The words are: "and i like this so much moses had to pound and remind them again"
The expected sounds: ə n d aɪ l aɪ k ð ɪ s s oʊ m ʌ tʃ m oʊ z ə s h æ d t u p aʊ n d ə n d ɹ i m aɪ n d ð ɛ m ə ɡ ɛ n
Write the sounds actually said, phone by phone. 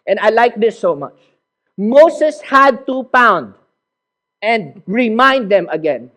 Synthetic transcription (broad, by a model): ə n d aɪ l aɪ k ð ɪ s s oʊ m ʌ tʃ m oʊ s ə s h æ d t u p aʊ n d ə n d ɹ i m aɪ n d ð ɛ m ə ɡ ɛ n